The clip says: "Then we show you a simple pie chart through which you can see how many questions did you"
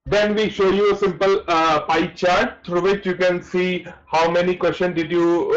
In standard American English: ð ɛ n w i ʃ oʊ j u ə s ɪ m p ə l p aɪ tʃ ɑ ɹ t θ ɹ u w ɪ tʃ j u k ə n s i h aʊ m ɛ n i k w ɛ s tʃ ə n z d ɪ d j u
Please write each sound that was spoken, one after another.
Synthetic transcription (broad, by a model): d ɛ n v i ʃ oʊ j u ə s ɪ m p ə l p aɪ tʃ ɑ ɹ t t ɹ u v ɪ tʃ j u k ə n s i h aʊ m ɛ n i k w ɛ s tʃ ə n d ɪ d j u